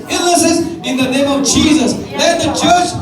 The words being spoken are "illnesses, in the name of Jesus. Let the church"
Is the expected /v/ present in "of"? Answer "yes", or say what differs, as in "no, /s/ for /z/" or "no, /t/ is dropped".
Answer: yes